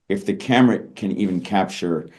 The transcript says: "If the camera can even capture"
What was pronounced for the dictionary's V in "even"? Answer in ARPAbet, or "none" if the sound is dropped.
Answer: V